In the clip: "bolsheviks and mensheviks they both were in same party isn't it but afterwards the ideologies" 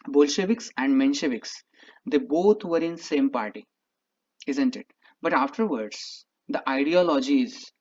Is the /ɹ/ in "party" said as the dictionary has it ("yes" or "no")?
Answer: yes